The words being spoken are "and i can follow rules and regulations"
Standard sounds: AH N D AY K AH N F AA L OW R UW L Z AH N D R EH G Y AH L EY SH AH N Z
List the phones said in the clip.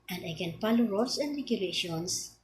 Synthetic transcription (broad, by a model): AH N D AY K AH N P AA L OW R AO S AH N D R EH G Y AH L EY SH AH N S